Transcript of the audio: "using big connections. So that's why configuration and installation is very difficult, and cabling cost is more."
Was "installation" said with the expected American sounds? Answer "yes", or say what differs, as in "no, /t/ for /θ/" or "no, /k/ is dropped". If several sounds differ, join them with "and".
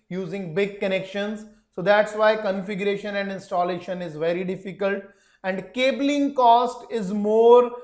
yes